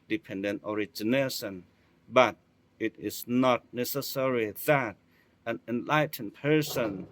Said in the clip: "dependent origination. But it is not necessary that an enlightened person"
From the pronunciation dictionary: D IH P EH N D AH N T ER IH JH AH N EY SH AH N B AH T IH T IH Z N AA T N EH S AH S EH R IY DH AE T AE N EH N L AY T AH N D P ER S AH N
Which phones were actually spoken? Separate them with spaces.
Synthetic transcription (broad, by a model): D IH P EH N D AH N T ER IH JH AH N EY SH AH N B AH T IH T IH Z N AA T N EH S AH S EH R IY DH AE T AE N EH N L AY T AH N P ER S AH N